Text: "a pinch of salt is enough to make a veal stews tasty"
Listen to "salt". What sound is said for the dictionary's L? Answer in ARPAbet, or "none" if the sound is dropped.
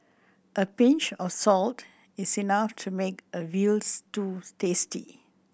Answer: L